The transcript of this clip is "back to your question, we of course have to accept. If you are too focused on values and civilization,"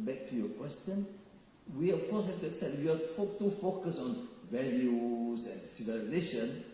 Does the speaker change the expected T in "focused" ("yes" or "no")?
yes